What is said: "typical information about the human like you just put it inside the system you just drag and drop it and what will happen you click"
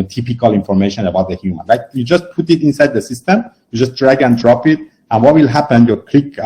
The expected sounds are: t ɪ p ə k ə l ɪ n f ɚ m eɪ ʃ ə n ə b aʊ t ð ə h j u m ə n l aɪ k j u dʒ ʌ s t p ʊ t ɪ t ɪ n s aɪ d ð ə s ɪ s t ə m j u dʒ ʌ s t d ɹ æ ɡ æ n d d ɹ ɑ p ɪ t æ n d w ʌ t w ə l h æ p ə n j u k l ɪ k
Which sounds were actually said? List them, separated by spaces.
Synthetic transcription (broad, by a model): t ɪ p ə k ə l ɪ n f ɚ m eɪ ʃ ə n ə b aʊ t ð ə h j u m ə n l aɪ k j u dʒ ʌ s t p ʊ t ɪ t ɪ n s aɪ d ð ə s ɪ s t ə m j u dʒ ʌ s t d ɹ æ ɡ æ n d d ɹ ɑ p ɪ t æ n w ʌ t w ə l h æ p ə n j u k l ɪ k